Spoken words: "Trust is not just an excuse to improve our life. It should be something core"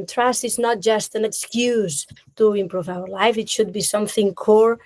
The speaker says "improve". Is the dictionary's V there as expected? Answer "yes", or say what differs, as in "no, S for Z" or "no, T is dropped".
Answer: yes